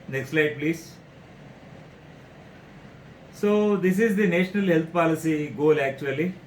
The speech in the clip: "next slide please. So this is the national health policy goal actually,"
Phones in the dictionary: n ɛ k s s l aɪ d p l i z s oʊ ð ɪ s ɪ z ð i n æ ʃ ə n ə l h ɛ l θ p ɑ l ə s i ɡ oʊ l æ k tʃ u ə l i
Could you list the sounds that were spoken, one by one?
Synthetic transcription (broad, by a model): n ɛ k s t l aɪ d p l i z s oʊ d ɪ s ɪ z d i n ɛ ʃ ə n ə l h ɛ l t p ɑ l ə s i ɡ oʊ l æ k tʃ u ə l i